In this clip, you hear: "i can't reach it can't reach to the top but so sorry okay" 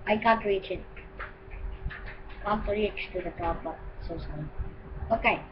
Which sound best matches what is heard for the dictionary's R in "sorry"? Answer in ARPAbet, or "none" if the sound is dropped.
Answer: none